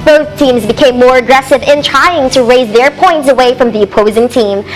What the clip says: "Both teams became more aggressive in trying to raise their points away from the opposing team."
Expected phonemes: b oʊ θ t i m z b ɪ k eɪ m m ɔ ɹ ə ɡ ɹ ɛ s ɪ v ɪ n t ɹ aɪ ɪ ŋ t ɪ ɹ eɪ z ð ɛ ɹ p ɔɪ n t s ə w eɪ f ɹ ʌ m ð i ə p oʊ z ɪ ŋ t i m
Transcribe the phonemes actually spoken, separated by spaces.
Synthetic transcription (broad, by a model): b oʊ θ t i m z b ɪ k eɪ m m ɔ ɹ ə ɡ ɹ ɛ s ɪ v ɪ n t ɹ aɪ ɪ ŋ t ɪ ɹ eɪ z ð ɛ ɹ p ɔɪ n t s ə w eɪ f ɹ ʌ m ð i ə p oʊ z ɪ ŋ t i m